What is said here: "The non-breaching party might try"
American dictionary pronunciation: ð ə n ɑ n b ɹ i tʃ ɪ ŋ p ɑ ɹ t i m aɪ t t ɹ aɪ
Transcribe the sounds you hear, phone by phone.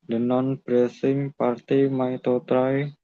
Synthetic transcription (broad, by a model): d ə n ɑ n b ɹ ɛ s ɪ ŋ p ɑ ɹ t i m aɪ t t ɹ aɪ